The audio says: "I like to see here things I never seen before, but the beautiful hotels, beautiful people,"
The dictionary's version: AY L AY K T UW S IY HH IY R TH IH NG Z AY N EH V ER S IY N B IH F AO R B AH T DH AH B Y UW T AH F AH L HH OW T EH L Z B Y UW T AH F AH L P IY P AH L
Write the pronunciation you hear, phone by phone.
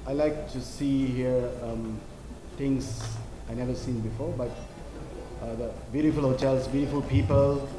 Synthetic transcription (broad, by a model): AY L AY K T UW S IY HH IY R T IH NG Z AY N EH V ER S IY N B IH F AO R B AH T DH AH B Y UW T AH F AH L HH OW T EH L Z B Y UW T AH F AH L P IY P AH L